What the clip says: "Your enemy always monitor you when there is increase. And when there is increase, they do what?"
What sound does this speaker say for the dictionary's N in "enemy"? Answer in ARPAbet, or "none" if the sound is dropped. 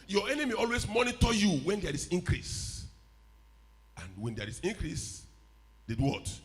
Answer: N